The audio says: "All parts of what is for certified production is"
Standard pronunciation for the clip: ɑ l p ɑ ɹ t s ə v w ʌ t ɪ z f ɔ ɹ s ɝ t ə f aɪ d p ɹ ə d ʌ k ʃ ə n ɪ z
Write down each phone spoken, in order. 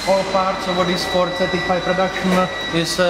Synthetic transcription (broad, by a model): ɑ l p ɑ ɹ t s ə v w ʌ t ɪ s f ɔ ɹ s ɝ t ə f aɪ p ɹ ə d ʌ ʃ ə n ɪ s